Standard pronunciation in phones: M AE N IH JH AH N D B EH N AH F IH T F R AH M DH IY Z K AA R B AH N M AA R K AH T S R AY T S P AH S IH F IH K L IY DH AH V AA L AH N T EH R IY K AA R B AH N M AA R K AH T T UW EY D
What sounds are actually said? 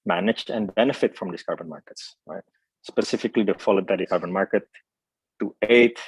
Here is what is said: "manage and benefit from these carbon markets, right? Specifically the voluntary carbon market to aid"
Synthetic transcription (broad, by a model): M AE N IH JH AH N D B EH N AH F IH T F R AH M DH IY S K AA R B AH N M AA R K AH T S R AY T S P AH S IH F IH K L IY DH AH F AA L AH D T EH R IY K AA R B AH N M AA R K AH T T UW EY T